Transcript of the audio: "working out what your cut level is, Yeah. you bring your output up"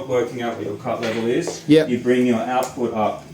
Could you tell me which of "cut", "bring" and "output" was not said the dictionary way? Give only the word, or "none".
none